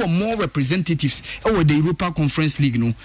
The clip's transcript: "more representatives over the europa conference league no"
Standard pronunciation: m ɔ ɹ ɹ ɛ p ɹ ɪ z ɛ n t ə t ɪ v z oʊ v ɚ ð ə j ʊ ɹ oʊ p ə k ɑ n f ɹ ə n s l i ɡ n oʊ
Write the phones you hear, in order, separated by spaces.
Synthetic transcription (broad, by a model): m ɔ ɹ ɹ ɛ p ɹ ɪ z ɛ n t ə t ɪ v s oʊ w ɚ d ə j ʊ ɹ oʊ p ə k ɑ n f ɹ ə n s l i ɡ n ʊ